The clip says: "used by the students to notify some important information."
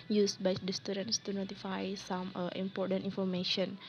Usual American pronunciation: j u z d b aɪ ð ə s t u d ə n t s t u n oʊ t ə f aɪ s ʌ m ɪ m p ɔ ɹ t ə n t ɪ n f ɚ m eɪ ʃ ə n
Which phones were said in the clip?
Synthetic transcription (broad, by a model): j u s b aɪ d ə s t u d ə n t s t u n oʊ t ə f aɪ s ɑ m ɪ m p ɔ ɹ t ə n t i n f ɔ m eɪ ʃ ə n